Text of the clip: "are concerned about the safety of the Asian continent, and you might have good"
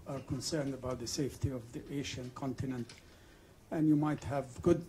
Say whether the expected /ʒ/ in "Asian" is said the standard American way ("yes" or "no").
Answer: no